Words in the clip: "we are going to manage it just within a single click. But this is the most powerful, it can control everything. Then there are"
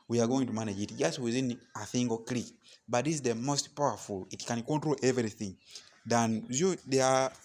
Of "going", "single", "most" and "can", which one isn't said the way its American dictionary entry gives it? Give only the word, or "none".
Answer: single